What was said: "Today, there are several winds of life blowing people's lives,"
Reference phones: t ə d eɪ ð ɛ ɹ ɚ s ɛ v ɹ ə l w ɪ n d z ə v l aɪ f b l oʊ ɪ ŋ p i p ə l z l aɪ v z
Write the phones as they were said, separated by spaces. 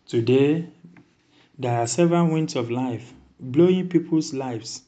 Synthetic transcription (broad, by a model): t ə d eɪ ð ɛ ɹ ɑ s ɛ v ɹ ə n w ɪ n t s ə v l aɪ f b l oʊ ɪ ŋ p i p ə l s l aɪ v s